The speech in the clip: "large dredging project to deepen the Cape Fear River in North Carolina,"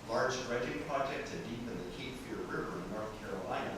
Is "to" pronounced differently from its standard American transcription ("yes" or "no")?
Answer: yes